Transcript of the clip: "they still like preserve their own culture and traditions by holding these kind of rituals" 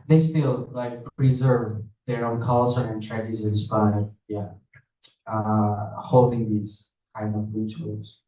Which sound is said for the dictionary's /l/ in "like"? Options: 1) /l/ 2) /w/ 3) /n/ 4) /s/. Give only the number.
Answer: 1